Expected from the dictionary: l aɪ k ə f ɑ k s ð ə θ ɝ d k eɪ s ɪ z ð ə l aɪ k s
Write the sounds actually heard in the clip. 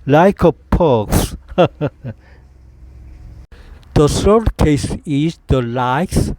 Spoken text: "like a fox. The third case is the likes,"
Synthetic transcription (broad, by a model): l aɪ k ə p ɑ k s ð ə s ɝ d k eɪ s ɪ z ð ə l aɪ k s